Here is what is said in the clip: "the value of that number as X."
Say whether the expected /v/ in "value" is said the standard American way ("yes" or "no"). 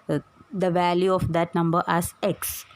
yes